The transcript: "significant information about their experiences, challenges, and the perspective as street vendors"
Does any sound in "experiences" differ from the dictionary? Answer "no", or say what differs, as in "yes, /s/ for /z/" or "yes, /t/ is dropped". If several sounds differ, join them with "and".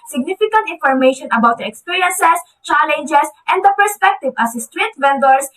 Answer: yes, /s/ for /z/